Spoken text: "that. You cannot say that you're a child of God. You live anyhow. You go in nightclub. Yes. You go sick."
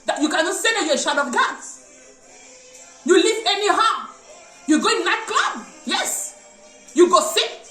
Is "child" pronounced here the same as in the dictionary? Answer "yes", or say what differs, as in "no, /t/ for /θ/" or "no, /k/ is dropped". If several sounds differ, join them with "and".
no, /ʃ/ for /tʃ/ and /l/ is dropped